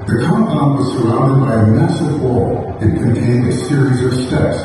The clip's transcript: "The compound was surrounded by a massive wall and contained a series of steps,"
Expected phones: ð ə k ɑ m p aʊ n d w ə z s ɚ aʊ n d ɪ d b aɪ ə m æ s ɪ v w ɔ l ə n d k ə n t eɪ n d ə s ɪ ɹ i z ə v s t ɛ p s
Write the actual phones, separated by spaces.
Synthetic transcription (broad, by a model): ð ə k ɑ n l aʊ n w ə z s ɚ aʊ n d ɪ d b aɪ ə m æ s ɪ v w ɔ l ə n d k ə n t eɪ n d ə s ɪ ɹ i z ə v s t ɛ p s